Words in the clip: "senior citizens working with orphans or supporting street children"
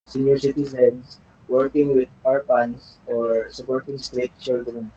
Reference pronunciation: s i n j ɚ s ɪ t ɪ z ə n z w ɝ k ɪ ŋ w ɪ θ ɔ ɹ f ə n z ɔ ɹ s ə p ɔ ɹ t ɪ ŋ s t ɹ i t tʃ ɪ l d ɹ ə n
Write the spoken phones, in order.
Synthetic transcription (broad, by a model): s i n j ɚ s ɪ t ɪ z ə n s w ɝ k ɪ ŋ w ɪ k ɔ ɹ p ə n s ɔ ɹ s ə p ɔ ɹ t ɪ ŋ s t ɹ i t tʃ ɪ l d ɹ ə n